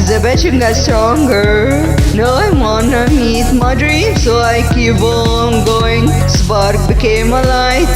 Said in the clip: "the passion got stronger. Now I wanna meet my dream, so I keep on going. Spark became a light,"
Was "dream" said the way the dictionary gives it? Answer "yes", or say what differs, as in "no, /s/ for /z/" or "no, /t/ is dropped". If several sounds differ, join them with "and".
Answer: yes